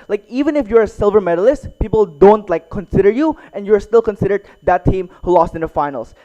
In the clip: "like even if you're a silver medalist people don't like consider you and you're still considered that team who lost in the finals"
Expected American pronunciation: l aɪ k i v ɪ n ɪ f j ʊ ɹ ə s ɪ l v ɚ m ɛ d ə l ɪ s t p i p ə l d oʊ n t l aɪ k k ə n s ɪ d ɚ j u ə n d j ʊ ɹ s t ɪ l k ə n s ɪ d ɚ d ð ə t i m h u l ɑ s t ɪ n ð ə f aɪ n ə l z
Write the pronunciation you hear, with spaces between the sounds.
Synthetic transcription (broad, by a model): l aɪ k i v ɪ n ɪ f j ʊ ɹ ə s ɪ l v ɚ m ɛ d ə l ɪ s t p i p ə l d oʊ n t l aɪ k k ə n s ɪ d ɚ j u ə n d j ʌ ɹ s t ɪ l k ə n s ɪ d ɚ d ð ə t i m h u l ɑ s t ɪ n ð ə f aɪ n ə l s